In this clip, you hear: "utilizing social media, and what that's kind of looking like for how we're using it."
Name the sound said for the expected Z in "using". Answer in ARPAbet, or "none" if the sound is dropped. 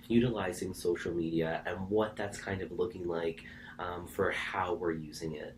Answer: Z